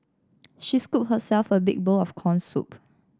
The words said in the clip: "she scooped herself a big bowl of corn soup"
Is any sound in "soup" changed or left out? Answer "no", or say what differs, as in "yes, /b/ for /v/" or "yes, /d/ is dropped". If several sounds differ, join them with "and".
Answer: no